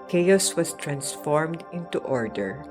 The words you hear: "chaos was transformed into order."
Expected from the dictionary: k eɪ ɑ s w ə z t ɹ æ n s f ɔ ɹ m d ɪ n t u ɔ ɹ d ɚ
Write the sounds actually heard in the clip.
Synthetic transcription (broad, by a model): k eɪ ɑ s w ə s t ɹ æ n s f ɔ ɹ m d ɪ n t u ɔ ɹ d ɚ